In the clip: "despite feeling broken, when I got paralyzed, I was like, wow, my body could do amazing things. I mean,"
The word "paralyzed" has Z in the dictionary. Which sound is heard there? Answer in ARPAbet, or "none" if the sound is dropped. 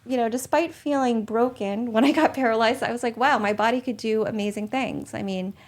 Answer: Z